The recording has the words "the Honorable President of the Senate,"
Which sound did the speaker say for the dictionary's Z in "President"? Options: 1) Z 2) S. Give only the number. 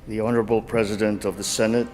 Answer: 1